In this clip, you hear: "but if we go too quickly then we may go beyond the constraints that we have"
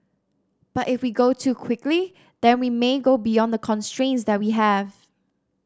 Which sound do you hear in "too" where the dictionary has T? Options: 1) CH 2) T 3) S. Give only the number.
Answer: 2